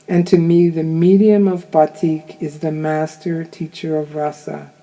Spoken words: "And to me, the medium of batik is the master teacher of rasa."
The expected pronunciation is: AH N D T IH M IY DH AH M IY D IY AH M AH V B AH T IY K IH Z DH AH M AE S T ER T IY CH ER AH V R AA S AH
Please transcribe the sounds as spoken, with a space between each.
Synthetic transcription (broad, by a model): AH N T IH M IY DH AH M IY D IY AH M AH V B AH T IY K IH Z DH AH M AE S T ER T IY CH ER AH V R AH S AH